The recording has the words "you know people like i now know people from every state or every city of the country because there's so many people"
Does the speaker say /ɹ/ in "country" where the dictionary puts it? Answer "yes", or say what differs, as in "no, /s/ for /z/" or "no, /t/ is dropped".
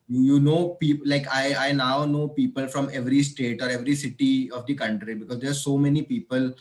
yes